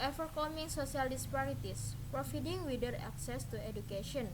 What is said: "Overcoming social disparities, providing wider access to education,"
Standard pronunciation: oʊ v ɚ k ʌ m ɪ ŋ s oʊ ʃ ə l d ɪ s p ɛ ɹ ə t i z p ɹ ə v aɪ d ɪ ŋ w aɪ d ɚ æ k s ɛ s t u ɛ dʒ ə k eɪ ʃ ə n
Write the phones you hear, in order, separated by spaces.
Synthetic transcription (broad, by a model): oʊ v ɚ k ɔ m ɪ ŋ s oʊ s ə l d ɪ s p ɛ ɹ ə t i s p ɹ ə f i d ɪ ŋ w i d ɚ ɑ k s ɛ s t u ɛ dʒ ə k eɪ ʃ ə n